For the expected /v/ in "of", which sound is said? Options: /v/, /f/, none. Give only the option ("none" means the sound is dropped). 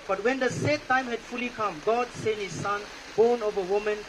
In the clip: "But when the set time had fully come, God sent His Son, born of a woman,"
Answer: /v/